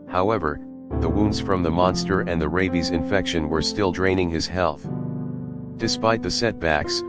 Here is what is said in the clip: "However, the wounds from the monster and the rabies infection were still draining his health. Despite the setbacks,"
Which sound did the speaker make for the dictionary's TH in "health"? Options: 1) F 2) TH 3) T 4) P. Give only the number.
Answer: 2